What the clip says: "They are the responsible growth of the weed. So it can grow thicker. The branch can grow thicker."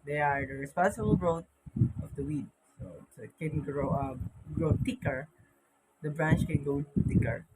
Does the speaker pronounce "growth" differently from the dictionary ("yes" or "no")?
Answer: yes